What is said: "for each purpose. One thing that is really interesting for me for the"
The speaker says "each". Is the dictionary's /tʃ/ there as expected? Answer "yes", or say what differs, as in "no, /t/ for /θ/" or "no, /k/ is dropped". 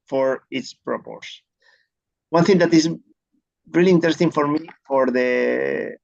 no, /s/ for /tʃ/